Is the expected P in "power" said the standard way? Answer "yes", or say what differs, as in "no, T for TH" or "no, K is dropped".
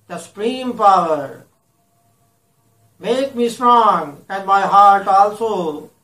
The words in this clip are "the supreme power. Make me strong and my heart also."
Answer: yes